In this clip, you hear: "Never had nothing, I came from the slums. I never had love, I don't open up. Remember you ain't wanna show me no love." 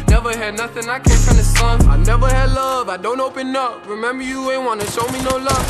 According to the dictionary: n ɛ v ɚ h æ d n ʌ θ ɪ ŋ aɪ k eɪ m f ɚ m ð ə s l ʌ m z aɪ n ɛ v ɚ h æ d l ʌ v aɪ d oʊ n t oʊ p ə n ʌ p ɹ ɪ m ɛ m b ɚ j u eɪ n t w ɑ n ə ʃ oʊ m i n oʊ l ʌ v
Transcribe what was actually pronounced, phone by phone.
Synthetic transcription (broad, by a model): n ɛ v ɚ h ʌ d n ʌ θ ɪ ŋ aɪ k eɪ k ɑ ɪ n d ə s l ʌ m aɪ n ɛ v ɚ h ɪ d l ʌ v aɪ d oʊ n t oʊ p ə n ʌ p ɹ ɪ m ɛ m b ɚ j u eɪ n w ɑ n ə ʃ oʊ m i n oʊ l ʌ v